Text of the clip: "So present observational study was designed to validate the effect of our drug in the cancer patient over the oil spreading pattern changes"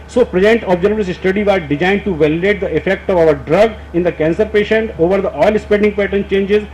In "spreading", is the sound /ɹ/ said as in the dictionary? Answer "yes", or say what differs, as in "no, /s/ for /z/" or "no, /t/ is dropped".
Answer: no, /ɹ/ is dropped